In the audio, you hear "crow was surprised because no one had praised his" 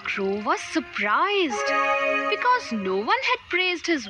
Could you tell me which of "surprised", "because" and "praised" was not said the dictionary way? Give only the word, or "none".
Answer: none